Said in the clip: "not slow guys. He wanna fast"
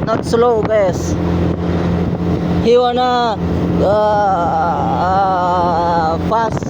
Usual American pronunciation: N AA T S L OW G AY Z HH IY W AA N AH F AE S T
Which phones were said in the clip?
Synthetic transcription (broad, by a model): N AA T S L OW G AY S HH IY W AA N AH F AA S